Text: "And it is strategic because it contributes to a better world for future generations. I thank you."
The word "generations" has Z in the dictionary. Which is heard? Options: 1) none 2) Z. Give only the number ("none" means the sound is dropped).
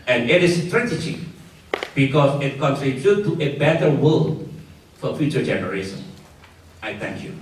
1